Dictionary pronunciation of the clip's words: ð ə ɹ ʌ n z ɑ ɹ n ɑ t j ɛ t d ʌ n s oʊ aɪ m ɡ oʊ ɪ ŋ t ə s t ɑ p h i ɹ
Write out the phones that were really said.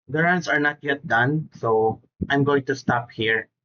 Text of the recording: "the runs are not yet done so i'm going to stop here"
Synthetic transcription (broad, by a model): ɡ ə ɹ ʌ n s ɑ ɹ n ɑ t j ɛ t d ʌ n s oʊ aɪ m ɡ oʊ ɪ ŋ t ə s t ɑ p h i ɹ